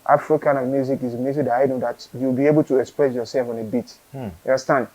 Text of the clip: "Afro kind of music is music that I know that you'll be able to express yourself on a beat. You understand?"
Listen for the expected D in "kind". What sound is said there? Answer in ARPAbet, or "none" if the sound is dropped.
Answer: none